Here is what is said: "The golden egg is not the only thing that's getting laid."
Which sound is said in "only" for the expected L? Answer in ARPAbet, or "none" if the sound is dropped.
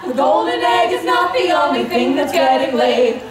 none